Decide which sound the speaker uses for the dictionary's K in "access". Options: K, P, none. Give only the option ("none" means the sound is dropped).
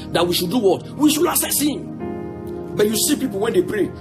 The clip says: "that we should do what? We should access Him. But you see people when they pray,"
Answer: none